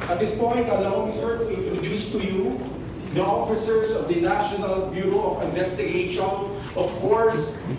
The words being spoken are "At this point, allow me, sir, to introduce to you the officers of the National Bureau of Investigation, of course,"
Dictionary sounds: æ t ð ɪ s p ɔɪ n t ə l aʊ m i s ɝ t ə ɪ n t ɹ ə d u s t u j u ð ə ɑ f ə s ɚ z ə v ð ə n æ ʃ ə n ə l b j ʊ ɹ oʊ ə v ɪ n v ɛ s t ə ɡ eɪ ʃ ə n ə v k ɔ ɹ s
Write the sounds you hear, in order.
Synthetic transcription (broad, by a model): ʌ t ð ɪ s p ɔɪ n t ə l aʊ m i s ɝ t ə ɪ n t ɹ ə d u s t u j u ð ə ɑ f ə s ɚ s ə v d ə n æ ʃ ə n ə l b j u ɹ oʊ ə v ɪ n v ɛ s t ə ɡ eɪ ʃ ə n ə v k ɔ ɹ s